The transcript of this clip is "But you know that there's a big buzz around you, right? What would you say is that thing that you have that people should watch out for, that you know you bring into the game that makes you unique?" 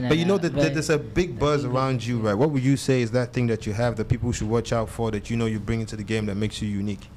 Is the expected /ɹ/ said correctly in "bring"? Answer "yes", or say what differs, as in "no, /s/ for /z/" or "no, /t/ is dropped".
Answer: yes